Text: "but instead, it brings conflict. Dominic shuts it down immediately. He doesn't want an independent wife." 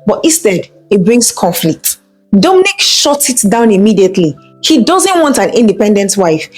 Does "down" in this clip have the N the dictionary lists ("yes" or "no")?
yes